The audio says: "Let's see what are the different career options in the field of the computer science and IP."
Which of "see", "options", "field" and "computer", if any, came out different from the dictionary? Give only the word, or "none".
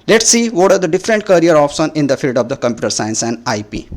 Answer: options